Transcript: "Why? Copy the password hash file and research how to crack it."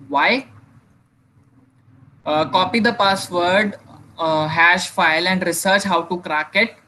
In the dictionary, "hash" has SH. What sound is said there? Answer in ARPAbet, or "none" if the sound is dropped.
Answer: SH